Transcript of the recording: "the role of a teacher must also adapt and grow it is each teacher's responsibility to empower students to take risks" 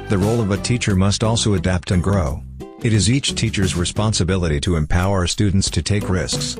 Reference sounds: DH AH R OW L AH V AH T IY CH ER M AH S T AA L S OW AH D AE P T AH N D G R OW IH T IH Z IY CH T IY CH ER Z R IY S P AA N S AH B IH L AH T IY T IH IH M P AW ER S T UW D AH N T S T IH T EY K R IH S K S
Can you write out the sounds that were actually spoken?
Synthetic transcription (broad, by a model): DH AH R OW L AH V AH T IY CH ER M AH S T AA L S OW AH D AE P T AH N G R OW IH T IH Z IY CH T IY CH ER Z R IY S P AA N S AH B IH L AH T IY T IH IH M P AW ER S T UW D N T S T IH T EY K R IH S K S